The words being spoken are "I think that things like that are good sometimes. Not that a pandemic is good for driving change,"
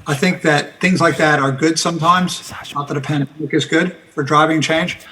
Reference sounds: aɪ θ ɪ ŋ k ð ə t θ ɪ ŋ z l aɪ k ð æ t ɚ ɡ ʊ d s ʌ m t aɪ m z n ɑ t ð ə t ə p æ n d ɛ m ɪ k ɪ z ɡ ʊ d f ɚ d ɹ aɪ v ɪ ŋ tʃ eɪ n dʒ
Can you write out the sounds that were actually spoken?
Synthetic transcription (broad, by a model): aɪ θ ɪ ŋ k ð ə t θ ɪ ŋ z l aɪ k ð æ t ɚ ɡ ʊ d s ʌ m t aɪ m z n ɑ t ð ə t ə p æ n d ɛ m ɪ k ɪ z ɡ ʊ d f ɚ d ɹ aɪ v ɪ ŋ tʃ eɪ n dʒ